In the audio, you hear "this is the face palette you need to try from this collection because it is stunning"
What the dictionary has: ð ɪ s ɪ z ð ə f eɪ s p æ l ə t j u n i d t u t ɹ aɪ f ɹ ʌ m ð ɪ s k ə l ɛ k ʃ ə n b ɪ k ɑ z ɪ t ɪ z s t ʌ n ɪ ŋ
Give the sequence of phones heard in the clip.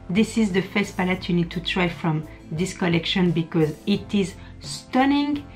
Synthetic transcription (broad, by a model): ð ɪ s ɪ z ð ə f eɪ s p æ l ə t j u n i d t u t ɹ aɪ f ɹ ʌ m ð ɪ s k ə l ɛ k ʃ ə n b ɪ k ɑ z ɪ t ɪ z s t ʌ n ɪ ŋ